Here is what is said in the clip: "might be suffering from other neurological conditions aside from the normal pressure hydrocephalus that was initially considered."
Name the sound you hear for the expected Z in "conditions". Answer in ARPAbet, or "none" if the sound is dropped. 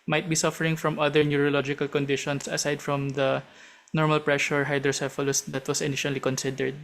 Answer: S